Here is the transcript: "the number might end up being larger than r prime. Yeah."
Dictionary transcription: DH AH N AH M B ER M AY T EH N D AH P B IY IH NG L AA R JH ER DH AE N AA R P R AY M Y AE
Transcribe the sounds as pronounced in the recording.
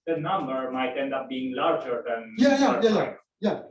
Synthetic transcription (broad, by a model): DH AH N AH M B ER M AY T EH N D AH P B IY IH NG L AA R JH ER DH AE N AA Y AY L Y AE